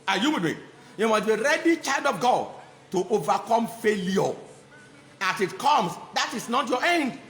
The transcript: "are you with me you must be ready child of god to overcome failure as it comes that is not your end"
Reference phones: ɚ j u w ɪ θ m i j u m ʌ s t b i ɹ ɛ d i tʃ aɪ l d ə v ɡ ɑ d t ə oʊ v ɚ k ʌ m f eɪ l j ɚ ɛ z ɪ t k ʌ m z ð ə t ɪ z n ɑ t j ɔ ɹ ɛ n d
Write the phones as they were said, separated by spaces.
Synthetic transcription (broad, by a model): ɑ j u w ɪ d m i j u m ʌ s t b i ɹ ɛ d i tʃ aɪ l d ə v ɡ ɑ d t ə oʊ v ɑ k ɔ m f eɪ l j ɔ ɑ s ɪ t k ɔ m s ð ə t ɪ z n ɑ t j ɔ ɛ n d